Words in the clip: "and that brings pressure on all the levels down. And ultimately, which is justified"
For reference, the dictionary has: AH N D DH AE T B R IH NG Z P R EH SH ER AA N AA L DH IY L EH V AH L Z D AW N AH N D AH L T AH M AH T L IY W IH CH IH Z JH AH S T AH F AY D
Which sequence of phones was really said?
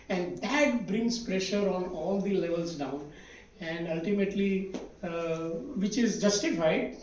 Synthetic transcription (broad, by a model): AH N D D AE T B R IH NG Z P R EH SH ER AA N AA L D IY L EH V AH L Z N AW AH N D AH L T AH M AH T L IY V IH CH IH Z JH AH S T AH F AY D